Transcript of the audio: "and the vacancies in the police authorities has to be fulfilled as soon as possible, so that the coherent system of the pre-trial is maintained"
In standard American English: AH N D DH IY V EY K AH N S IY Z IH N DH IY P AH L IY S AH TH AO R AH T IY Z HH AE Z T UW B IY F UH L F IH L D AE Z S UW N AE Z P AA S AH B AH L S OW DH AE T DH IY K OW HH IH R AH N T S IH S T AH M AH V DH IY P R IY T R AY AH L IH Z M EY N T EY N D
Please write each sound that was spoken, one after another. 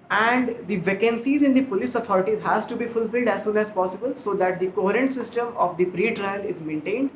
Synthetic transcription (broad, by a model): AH N D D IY V EY K AH N S IY Z IH N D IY P AH L IY S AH T AO R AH T IY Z HH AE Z T UW B IY F UH L F IH L D AE Z S UW N AE Z P AA S AH B AH L S OW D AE T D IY K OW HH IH R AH N T S IH S T AH M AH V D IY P R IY T R AY AH L IH Z M EY N T EY N D